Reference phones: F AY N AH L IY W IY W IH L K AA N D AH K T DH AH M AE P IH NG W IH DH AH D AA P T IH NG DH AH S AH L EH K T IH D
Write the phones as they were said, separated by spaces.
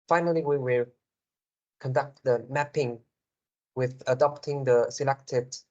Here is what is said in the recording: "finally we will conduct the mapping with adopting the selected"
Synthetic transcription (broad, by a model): F AY N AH L IY W IY W IH L K AA N D AH K T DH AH M AE P IH NG W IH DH AH D AA P T IH NG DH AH S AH L EH K T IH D